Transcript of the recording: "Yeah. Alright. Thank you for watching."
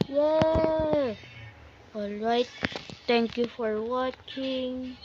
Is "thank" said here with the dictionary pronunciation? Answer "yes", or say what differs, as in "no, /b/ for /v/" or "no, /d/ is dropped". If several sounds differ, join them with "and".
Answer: no, /t/ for /θ/